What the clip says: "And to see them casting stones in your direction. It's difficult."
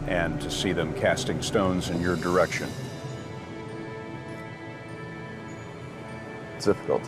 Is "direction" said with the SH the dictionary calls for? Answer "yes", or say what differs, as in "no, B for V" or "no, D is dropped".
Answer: yes